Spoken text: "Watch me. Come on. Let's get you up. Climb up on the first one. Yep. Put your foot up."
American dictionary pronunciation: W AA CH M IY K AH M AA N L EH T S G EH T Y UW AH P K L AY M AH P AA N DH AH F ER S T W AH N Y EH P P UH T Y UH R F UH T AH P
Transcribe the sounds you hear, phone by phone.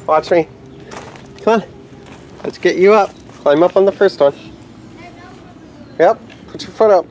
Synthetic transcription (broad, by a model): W AA CH M IY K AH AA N L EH T S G EH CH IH AH P K L AY M AH P N DH AH F ER S T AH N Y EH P P UH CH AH R F UH T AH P